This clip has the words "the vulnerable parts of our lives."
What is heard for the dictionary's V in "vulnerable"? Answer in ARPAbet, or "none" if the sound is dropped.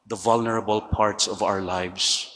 V